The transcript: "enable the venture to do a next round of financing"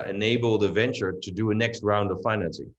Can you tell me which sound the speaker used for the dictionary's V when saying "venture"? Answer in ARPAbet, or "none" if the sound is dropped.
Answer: V